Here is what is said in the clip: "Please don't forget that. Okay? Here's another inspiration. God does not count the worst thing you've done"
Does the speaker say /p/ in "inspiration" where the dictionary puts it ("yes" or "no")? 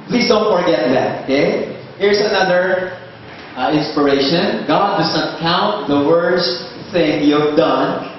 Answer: yes